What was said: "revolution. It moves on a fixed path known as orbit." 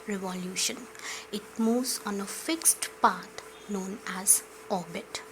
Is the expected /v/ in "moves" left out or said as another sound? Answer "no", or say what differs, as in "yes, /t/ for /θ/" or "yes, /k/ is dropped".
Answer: yes, /v/ is dropped